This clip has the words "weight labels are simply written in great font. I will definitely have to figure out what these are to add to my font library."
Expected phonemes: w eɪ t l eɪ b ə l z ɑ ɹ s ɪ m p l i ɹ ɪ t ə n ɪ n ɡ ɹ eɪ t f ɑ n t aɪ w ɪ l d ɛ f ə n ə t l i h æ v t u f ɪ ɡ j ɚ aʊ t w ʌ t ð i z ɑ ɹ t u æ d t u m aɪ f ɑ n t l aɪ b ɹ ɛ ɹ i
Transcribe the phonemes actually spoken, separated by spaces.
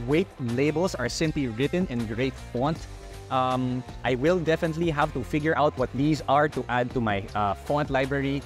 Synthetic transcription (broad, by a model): w eɪ t l eɪ b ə l s ɑ ɹ s ɪ m p l i ɹ ɪ t ə n ɪ n ɡ ɹ eɪ t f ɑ n t aɪ w ɪ l d ɛ f ə n ə t l i h æ v t u f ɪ ɡ j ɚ aʊ t w ʌ t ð i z ɑ ɹ t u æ d t u m aɪ f ɑ n t l aɪ b ɹ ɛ ɹ i